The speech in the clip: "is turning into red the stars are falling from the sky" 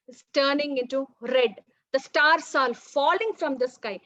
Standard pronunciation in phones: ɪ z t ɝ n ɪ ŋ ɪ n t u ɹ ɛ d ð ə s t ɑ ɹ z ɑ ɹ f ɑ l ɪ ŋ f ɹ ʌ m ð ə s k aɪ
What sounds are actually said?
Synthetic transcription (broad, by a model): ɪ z t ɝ n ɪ ŋ ɪ n t u ɹ ɛ d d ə s t ɑ ɹ s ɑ l f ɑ l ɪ ŋ f ɹ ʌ m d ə s k aɪ